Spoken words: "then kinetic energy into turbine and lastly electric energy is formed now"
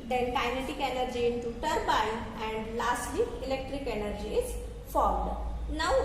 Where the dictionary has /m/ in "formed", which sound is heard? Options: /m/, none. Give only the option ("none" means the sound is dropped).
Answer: /m/